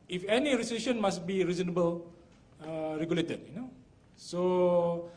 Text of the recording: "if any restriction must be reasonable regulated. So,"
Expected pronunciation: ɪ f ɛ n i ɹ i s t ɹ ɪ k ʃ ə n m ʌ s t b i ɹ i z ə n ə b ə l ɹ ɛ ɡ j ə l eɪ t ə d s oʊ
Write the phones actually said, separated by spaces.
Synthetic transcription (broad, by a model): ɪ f ɛ n i ɹ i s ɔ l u ʃ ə n m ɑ s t b i ɹ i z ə n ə b ə l ɹ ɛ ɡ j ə l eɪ t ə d s oʊ